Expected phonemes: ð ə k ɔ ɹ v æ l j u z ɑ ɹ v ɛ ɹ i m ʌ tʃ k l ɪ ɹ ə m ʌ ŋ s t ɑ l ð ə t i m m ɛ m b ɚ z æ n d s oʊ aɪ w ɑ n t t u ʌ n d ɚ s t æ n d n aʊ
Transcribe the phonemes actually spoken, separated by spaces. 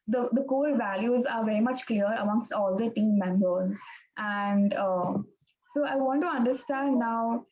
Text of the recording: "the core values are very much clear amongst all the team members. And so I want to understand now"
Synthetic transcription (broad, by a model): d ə k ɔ l v æ l j u z ɑ ɹ v ɛ ɹ i m ʌ tʃ k l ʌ ɹ ə m ʌ ŋ s t ɑ l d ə t i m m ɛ m b ɚ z æ n d s oʊ aɪ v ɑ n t t u ʌ n d ɚ s t æ n d n aʊ